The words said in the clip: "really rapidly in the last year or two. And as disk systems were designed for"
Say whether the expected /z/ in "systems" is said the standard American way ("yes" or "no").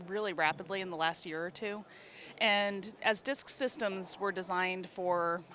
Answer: yes